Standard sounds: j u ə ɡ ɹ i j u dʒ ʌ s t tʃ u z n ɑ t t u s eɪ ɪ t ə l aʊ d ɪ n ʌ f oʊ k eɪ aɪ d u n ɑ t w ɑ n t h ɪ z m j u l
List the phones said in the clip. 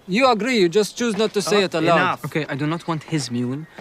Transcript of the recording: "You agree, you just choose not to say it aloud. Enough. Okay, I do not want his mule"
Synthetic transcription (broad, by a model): j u ə ɡ ɹ i j u dʒ ʌ s t tʃ u z n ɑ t t u s eɪ ɪ t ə l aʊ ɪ oʊ k eɪ aɪ d u n ɑ t w ɑ n t h ɪ z m j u l